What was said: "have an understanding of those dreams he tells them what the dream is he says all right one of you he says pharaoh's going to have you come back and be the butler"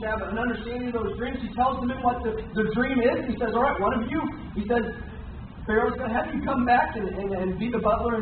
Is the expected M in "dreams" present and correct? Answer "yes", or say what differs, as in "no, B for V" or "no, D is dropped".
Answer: yes